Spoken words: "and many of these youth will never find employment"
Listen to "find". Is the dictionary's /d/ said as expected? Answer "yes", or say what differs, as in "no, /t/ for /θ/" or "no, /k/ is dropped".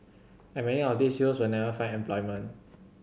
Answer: no, /d/ is dropped